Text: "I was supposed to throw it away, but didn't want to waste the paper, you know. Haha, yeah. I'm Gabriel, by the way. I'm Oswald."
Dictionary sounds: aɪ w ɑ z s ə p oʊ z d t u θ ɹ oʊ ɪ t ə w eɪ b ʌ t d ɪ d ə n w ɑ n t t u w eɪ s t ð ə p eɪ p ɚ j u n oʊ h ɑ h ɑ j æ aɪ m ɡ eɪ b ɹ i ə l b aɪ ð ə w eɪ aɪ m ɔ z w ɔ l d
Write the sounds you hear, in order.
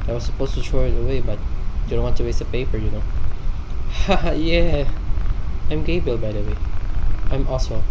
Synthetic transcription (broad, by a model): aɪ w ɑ s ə p oʊ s t u t ɹ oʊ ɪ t ə w eɪ b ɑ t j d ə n w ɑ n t t u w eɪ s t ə p eɪ p ɚ j u n oʊ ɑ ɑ j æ aɪ m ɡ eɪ b i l b aɪ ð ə w eɪ aɪ m ɔ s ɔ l